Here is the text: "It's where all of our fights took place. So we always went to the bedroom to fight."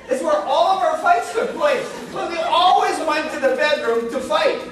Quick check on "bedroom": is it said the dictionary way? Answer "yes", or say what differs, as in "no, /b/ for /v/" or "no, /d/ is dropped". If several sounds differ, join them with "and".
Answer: yes